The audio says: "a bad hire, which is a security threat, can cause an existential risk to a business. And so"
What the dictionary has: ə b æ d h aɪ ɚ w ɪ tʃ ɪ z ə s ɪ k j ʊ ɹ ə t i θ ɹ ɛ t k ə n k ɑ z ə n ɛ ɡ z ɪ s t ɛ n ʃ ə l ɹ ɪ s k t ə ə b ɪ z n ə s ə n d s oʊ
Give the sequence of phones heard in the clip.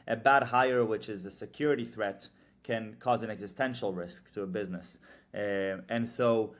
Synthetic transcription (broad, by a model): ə b æ d h aɪ ɚ w ɪ tʃ ɪ z ə s ɪ k j ʊ ɹ ə t i θ ɹ ɛ t k ə n k ɑ z ə n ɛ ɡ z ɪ s t ɛ n ʃ l ɹ ɪ s k t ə ə b ɪ z n ə s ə n s oʊ